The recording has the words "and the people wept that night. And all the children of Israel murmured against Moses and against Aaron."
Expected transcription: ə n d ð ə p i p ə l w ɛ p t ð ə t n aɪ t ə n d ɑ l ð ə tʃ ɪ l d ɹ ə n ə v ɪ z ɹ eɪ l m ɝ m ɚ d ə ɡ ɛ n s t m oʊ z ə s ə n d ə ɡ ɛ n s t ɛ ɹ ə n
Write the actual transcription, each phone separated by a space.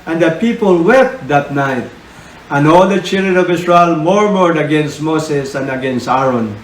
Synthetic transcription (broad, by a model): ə n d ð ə p i p ə l w ɛ p t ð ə t n aɪ t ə n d ɑ l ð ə tʃ ɪ l d ɹ ə n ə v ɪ s ɹ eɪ l m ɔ m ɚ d ə ɡ ɛ n s t m oʊ s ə s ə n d ə ɡ ɛ n s t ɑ ɹ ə n